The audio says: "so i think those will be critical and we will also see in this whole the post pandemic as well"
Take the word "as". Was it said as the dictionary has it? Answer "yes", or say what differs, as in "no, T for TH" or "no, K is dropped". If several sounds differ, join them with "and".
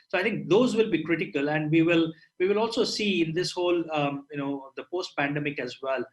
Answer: yes